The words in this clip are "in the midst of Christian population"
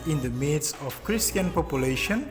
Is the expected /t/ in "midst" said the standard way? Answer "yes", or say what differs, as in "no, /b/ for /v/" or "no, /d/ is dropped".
no, /t/ is dropped